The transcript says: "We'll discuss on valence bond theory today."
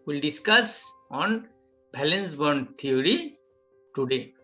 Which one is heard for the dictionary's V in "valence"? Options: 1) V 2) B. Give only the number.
2